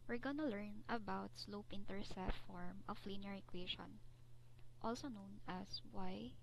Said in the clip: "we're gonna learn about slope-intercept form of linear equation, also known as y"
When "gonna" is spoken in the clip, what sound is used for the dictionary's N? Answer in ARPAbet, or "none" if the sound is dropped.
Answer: N